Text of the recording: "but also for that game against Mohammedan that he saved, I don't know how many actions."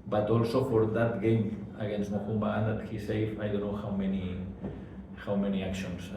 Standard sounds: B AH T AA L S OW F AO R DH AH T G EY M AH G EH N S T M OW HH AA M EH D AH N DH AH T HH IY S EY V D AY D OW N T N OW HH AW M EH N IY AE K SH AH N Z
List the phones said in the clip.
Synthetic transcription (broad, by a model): B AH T AA L S OW F AO R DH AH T G EY M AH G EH N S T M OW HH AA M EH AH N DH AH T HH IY S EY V AY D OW N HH N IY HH AW M EH N IY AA K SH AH N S